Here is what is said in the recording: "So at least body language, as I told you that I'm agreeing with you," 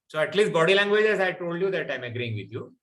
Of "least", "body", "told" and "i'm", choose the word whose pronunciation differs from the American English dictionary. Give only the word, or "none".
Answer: none